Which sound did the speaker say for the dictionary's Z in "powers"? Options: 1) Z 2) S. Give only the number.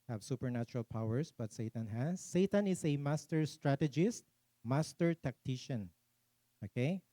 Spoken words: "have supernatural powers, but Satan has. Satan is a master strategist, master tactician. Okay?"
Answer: 2